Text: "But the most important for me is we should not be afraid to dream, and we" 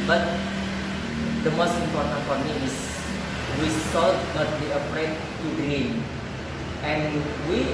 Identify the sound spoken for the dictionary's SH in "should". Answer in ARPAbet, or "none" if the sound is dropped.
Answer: S